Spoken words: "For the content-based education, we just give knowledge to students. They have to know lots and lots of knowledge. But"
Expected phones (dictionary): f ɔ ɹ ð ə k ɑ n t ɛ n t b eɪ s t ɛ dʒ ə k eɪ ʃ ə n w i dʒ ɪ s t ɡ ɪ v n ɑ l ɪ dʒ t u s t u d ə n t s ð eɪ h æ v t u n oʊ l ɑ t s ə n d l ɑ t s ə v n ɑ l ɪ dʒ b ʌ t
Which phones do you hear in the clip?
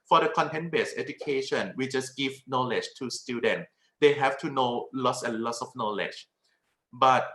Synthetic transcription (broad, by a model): f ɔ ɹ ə k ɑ n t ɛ n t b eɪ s ɛ dʒ ə k eɪ ʃ ə n w i dʒ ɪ s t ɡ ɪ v n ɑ l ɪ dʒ t u s t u d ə n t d eɪ h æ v t u n oʊ l ɑ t s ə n l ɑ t s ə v n ɑ l ɪ dʒ b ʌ t